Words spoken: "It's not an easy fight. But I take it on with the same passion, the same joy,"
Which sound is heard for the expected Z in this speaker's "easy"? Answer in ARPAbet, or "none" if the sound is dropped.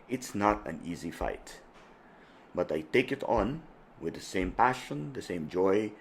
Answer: Z